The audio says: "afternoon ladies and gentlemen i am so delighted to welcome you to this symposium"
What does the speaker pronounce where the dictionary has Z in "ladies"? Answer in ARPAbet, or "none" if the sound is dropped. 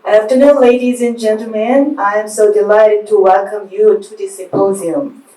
Z